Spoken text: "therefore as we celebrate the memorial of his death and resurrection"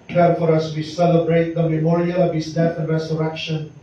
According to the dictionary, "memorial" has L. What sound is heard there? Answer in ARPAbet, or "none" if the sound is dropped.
L